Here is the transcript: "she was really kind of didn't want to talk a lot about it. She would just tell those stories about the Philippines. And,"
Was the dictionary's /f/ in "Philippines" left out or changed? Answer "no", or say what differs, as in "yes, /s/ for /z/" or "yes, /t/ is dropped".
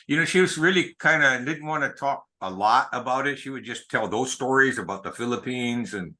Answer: no